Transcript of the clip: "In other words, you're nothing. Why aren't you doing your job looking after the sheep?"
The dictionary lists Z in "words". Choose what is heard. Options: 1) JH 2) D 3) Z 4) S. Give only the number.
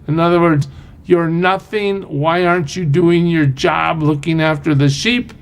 3